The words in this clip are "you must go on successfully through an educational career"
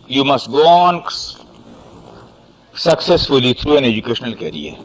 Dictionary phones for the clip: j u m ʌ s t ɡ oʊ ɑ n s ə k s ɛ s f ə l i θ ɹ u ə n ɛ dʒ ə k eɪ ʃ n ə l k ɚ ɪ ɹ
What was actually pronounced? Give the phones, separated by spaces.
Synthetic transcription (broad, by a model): j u m ʌ s t ɡ oʊ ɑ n s ə k s ɛ s f ə l i t ɹ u ə n ɛ dʒ ə k eɪ ʃ n ə l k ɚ ɹ